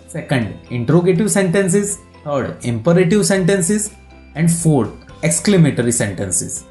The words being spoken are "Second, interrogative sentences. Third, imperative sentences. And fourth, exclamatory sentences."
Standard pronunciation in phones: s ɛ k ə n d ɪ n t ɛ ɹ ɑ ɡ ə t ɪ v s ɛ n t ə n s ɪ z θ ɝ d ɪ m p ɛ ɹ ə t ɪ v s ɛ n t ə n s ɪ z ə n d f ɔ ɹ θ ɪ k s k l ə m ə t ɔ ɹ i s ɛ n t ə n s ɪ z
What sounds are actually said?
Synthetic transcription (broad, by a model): s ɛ k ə n d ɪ n t ɹ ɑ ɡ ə t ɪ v s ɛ n t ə n s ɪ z t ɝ d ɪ m p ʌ ɹ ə t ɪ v s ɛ n t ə n s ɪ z ə n d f ɔ ɹ t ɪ k s k l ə m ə t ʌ ɹ i s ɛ n t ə n s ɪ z